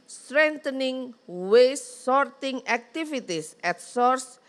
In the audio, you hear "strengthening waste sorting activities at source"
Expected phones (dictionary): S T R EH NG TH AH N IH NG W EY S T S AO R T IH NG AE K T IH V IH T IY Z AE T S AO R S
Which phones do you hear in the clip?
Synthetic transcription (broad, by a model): S T R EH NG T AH N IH NG W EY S S AO R T IH NG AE K T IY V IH T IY S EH T S AO R S